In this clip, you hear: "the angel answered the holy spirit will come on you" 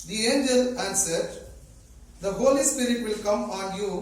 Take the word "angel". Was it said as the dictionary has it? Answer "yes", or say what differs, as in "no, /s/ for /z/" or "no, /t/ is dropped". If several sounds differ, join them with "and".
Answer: yes